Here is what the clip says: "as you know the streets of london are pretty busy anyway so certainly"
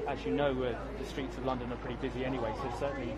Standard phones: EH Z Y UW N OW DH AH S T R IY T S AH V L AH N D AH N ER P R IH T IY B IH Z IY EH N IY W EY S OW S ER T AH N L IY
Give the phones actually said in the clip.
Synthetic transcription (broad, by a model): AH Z Y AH N OW DH AH S T R IY T S AH V L AH N D AH N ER P R IH T IY B IH Z IY EH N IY W EY S OW S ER T N L IY